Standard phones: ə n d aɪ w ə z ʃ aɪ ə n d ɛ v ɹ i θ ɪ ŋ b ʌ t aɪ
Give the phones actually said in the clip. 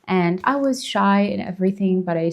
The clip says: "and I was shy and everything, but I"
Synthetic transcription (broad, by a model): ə n aɪ w ə z ʃ aɪ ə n ɛ v ɹ i θ ɪ ŋ b ʌ t aɪ